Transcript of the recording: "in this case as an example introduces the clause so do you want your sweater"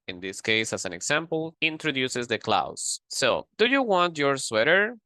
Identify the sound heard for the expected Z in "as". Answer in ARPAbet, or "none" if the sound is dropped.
S